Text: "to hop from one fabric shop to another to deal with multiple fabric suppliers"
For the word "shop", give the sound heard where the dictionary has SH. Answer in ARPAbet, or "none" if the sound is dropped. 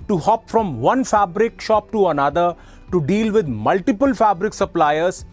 SH